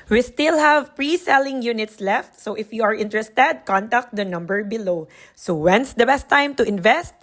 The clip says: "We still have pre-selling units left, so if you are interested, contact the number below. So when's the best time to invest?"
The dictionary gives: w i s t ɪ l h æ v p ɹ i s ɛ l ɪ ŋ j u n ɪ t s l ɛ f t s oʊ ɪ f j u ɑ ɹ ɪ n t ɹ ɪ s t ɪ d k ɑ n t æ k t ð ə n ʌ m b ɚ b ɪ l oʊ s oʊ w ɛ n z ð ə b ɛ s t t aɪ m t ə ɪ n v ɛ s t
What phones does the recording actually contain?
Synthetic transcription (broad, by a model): w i s t ɪ l h æ v p ɹ i s ɛ l ɪ ŋ j u n ɪ t s l ɛ f t s oʊ ɪ f j u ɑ ɹ ɪ n t ɹ ɪ s t ɪ d k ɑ n t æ k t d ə n ʌ m b ɚ b ɪ l oʊ s oʊ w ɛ n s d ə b ɛ s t t aɪ m t ə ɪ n v ɛ s t